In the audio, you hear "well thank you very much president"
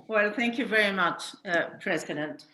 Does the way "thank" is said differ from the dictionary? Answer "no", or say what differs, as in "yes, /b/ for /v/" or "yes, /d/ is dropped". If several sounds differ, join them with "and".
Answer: no